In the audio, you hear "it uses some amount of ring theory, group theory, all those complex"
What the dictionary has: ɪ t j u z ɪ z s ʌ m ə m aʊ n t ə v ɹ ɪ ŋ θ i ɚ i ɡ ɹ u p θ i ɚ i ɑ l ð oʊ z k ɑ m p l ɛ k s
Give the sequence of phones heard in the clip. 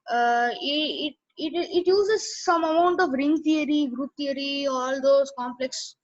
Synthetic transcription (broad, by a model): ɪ t j u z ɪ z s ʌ m ə m aʊ n t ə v ɹ ɪ ŋ t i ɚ i ɡ ɹ u p t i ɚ i ɑ l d oʊ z k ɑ m p l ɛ k s